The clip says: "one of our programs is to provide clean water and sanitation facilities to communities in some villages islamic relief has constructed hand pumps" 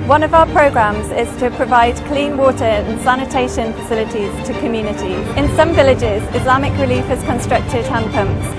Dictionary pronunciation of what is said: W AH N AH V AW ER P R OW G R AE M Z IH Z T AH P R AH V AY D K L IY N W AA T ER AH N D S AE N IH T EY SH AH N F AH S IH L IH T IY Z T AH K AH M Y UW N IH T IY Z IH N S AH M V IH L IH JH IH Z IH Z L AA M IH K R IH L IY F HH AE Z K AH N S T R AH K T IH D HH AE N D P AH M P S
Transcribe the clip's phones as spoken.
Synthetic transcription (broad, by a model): W AH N AH V AW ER P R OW G R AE M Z IH Z T AH P R AH V AY D K L IY N W AA T ER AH N S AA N IH T EY SH AH N F AH S IH L IH T IY Z T AH K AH M Y UW N IH T IY IH N S AH M V IH L IH JH IH Z IH Z L AA M IH K R IH L IY F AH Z K AH N S T R AH K T IH D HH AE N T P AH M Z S